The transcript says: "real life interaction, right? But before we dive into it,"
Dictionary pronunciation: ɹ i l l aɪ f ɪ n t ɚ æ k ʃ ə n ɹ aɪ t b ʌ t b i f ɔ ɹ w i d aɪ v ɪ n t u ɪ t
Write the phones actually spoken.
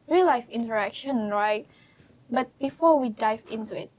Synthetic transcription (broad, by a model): ɹ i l l aɪ f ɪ n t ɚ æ k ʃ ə n ɹ aɪ t b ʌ t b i f ɔ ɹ w i d aɪ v ɪ n t u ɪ t